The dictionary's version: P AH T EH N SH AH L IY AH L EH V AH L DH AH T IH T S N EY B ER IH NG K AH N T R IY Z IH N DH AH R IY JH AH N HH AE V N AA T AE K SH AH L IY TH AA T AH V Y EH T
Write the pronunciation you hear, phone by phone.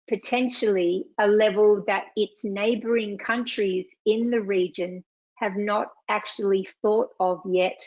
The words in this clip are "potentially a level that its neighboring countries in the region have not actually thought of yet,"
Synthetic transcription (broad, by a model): P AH T EH N SH L IY AH L EH V AH L DH AH T IH T S N EY B ER IH NG K AH N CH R IY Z IH N DH AH R IY JH AH N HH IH V N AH T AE K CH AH L IY TH AA T AH V Y EH T